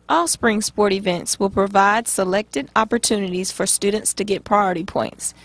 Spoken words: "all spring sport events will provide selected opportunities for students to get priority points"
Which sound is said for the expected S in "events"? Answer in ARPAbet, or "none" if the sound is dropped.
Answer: S